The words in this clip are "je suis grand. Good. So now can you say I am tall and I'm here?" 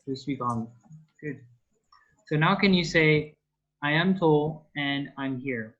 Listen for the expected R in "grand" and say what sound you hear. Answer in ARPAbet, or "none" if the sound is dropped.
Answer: none